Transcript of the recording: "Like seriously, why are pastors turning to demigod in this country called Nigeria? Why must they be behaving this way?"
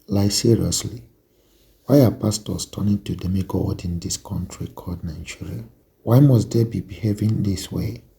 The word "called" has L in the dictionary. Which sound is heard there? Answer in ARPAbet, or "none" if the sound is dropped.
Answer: none